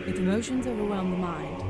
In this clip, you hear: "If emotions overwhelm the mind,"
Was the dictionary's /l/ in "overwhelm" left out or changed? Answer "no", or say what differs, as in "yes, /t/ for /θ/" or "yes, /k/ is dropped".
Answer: yes, /n/ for /l/